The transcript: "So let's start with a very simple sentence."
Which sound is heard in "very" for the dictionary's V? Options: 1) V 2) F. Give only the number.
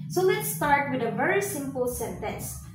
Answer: 1